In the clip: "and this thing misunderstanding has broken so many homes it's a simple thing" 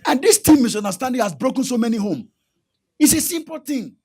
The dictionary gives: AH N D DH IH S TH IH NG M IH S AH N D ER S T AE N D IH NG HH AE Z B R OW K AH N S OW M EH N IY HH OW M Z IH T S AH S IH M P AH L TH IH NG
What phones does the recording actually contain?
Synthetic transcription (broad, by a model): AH N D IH S T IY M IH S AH N D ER S T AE N D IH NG HH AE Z B R OW K AH N S OW M EH N IY HH OW M IH T S AH S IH M P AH L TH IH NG